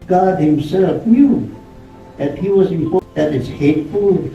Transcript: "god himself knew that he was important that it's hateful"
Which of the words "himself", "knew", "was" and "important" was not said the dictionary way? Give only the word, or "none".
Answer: important